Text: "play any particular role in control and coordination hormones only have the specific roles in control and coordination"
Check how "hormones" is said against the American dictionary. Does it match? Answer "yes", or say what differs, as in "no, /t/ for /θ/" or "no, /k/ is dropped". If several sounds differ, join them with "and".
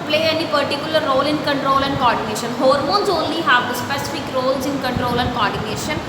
yes